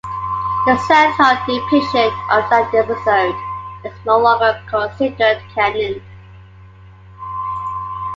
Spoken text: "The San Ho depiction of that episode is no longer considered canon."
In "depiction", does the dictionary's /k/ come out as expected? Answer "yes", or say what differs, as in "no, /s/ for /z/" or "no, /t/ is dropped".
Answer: no, /k/ is dropped